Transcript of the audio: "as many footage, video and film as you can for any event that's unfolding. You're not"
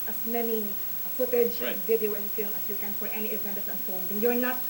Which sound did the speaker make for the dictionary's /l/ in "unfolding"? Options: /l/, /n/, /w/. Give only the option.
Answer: /n/